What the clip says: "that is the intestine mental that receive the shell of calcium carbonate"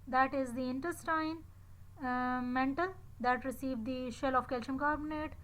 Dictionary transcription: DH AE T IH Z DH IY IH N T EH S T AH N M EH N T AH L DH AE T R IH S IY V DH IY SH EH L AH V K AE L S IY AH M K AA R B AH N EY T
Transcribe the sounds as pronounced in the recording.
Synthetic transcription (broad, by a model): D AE T IH Z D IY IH N T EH S T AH N M EH N T AH L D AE T R IH S IY V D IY SH EH L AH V K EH L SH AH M K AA R B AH N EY T